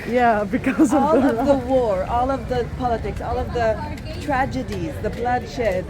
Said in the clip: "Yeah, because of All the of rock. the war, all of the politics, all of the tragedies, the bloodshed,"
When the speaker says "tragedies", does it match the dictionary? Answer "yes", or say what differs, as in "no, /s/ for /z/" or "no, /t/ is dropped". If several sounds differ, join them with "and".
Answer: yes